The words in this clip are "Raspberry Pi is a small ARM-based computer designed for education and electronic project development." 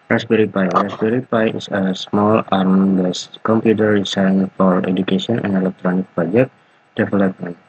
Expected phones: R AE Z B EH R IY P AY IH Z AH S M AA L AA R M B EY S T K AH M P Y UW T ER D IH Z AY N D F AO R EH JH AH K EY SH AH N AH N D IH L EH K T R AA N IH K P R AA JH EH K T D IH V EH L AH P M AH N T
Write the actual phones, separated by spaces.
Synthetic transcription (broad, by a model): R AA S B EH R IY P AY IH S AH S M AA L AA R M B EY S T K AH M P Y UW T ER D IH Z AY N F AO R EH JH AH K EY S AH N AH N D IH L EH K T R AA N IH K P R AA JH EH K T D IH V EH L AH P M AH N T